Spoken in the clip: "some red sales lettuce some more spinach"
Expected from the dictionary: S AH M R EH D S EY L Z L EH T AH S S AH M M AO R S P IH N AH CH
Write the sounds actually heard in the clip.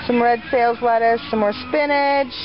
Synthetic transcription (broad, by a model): S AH M R EH D S EY L Z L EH T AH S S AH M M AO R S P IH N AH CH